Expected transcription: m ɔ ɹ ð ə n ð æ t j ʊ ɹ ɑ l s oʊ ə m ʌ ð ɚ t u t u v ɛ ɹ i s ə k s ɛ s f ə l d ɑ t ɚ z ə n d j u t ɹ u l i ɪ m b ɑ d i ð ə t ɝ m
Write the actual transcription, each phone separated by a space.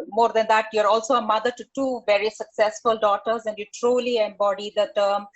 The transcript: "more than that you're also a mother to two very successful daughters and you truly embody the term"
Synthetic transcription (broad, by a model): m ɔ ɹ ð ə n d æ t j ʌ ɹ ɑ l s oʊ ə m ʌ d ɚ t u t u v ɛ ɹ i s ə k s ɛ s f ə l d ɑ t ɚ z ə n d j u t ɹ u l i ɪ m b ɑ d i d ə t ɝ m